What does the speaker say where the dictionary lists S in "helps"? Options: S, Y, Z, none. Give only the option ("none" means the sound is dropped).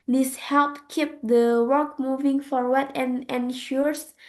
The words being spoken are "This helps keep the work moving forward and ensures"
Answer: none